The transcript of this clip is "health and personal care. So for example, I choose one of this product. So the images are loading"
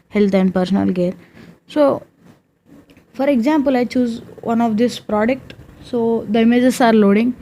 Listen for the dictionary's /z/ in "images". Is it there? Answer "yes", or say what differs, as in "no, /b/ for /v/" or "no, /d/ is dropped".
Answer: no, /s/ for /z/